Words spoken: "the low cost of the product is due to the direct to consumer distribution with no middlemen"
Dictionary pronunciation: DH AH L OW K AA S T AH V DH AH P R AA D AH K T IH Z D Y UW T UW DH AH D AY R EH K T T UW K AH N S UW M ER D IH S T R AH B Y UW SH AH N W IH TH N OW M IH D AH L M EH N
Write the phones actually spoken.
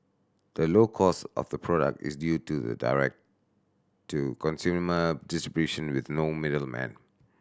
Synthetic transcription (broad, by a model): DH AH L OW K AA S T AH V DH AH P R AA D AH K T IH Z D Y UW T UW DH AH D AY R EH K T T UW K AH N S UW M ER D IH S T R AH B Y UW SH AH N W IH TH N OW M IH D AH L M EH N